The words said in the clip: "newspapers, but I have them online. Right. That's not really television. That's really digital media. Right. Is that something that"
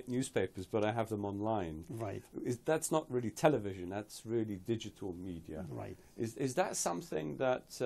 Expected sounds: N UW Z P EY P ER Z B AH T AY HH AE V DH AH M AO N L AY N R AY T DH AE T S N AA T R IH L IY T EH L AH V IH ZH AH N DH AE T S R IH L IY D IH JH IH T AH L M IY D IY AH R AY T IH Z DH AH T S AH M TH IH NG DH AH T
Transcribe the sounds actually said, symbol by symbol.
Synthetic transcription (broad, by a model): N UW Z P EY P ER Z B AH T AY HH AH V DH AH M AO N L AY N R AY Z DH AE T S N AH T R IH L IY T EH L AH V IH ZH AH N DH AE T S R IH L IY D IH JH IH T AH L M IY D IY AH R AY T IH Z DH AH T S AH M TH IH NG DH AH T